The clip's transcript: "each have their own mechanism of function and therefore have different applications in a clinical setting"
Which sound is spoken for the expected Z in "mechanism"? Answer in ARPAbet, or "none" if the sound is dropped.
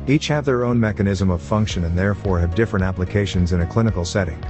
Z